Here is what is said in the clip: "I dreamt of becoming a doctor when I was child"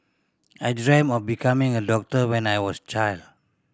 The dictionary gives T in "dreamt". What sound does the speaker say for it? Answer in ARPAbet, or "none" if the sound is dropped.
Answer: none